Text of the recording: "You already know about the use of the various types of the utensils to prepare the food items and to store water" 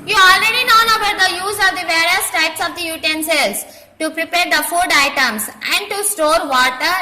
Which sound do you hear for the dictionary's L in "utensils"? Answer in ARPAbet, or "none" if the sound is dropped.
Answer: none